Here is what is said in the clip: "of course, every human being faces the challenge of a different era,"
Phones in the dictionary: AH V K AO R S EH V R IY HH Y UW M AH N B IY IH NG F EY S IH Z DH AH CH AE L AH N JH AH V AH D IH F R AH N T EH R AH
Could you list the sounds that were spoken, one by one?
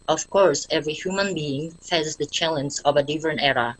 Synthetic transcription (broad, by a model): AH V K AO R S EH V R IY HH Y UW M AH N B IY IH NG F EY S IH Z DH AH CH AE L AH N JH AH V AH D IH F AH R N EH R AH